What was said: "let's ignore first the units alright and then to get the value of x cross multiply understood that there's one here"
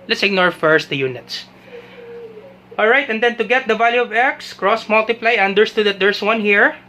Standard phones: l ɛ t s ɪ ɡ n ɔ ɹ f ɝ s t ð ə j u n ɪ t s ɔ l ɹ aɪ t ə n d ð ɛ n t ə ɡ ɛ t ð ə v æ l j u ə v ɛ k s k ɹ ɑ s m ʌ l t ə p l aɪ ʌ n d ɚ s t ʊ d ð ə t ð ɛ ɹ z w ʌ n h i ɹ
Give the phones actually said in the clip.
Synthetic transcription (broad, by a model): l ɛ t s ɪ ɡ n ɔ ɹ f ɝ s t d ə j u n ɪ t s ɔ l ɹ aɪ t ə n d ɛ n t ə ɡ ɛ t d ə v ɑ l j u ə v ɛ k s k ɹ ɑ s m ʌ l t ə p l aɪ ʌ n d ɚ s t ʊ d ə t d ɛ ɹ s w ʌ n h i ɹ